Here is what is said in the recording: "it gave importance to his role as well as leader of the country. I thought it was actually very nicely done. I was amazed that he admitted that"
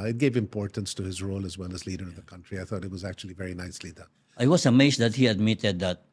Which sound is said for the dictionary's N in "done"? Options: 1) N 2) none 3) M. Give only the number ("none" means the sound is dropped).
2